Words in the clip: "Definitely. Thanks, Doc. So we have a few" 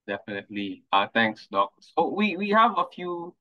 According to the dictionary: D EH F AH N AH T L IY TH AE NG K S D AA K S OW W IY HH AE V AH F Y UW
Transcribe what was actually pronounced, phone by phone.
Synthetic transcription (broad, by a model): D EH F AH N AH T L IY T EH NG K S D AA K S OW W IY HH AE V AH F Y UW